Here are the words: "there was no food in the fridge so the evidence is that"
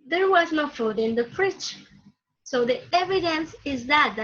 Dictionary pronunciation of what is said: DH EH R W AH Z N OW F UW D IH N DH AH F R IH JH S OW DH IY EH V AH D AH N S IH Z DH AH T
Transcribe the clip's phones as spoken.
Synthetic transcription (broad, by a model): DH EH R W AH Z N OW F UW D IH N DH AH P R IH CH S OW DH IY EH V AH D AH N S IH Z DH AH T